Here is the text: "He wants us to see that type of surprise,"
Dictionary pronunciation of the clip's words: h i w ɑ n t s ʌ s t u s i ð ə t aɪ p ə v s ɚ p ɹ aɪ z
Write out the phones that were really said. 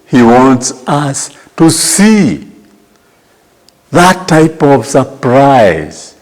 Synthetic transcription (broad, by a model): h i w ɑ n t s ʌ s t u s i ð ə t aɪ p ə v s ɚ p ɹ aɪ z